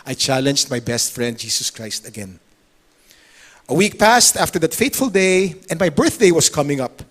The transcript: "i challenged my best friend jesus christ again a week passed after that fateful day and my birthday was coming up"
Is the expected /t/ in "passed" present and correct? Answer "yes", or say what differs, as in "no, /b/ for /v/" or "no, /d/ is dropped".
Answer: yes